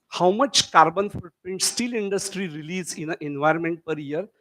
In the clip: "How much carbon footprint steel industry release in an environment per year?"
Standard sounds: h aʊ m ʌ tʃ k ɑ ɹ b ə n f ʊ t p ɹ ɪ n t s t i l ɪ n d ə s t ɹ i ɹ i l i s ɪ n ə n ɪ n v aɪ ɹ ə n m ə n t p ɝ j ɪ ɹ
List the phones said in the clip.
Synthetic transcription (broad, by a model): h aʊ m ʌ tʃ k ɑ ɹ b ə n f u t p ɪ n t s t i l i n d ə s t ɹ i ɹ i l i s ɪ n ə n ɪ n v aɪ ɹ ə n m ə n t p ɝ j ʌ ɹ